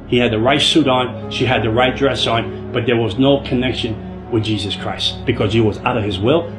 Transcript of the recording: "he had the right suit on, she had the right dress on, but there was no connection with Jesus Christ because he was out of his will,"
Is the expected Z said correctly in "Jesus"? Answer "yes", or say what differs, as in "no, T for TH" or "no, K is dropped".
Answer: yes